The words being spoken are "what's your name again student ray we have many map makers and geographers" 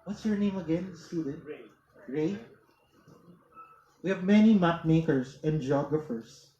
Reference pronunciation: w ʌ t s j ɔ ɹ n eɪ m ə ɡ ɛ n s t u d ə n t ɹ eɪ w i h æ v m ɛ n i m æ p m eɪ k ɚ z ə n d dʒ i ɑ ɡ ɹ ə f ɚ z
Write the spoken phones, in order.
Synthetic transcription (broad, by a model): w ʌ t s j ɔ ɹ n eɪ m ə ɡ ɛ n s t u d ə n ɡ ɹ eɪ w i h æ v m ɛ n i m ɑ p m eɪ k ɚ s ə n d dʒ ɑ ɡ ɹ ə f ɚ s